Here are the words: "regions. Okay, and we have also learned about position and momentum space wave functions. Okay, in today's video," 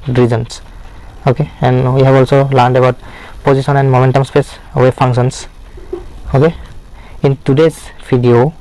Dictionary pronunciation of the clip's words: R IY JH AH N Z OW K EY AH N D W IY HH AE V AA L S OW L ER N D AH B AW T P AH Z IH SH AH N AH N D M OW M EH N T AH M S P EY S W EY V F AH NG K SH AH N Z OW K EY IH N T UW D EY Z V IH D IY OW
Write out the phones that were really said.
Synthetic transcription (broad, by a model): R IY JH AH N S OW K EY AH N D W IY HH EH B AA L S OW L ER N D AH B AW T P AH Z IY S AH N AH N D M OW M EH N T AH M S P EY S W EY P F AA NG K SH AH N S OW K EY IH N T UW D EY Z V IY D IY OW